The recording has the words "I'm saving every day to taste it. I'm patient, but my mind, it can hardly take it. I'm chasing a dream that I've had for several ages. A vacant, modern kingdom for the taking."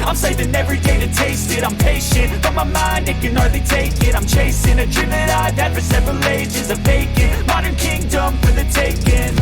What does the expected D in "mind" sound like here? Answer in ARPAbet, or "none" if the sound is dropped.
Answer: D